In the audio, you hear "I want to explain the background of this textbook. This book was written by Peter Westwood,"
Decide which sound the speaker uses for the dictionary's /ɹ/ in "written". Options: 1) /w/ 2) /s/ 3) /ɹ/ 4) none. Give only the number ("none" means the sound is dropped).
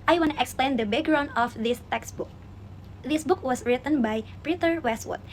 3